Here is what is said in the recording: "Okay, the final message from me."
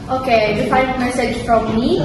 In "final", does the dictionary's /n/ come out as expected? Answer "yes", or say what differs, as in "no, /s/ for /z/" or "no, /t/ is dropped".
no, /n/ is dropped